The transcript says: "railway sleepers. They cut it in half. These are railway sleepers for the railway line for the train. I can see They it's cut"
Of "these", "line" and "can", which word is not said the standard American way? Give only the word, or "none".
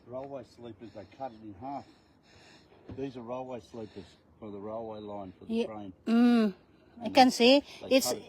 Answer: none